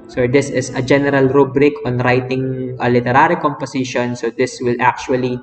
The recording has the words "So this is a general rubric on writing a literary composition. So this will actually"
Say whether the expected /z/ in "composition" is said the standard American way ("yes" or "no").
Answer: no